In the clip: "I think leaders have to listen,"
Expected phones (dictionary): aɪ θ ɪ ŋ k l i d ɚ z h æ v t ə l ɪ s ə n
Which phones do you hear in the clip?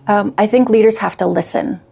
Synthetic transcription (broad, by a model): aɪ θ ɪ ŋ k l i d ɚ z h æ f t ə l ɪ s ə n